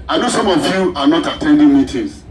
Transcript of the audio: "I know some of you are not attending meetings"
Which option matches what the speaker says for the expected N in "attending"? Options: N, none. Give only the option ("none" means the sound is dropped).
N